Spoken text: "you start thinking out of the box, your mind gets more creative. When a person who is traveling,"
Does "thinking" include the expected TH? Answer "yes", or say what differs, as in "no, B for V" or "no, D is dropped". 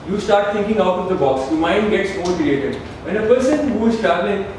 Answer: no, T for TH